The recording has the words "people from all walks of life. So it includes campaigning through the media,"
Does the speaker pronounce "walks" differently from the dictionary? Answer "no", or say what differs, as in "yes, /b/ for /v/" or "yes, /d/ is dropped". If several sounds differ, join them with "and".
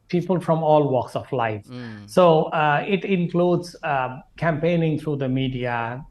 no